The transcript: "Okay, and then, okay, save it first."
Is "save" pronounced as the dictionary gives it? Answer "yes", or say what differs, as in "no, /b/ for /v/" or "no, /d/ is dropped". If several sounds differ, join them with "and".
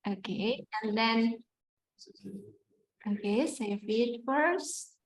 no, /f/ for /v/